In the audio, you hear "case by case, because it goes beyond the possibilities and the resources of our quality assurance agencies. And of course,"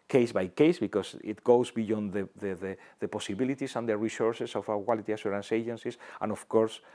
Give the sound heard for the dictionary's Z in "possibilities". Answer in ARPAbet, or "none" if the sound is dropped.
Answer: S